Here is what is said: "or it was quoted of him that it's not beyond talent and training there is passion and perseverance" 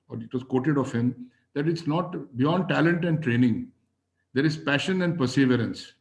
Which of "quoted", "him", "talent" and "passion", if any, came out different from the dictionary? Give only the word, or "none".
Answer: none